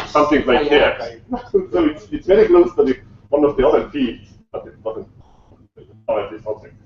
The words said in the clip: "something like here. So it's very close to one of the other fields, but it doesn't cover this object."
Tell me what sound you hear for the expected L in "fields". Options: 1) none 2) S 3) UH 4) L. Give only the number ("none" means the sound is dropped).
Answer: 1